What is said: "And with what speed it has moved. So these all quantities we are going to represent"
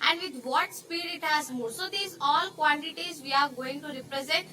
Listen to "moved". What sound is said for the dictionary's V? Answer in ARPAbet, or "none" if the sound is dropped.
none